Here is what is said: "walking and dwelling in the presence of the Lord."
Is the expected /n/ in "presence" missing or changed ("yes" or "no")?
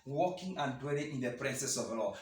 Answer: yes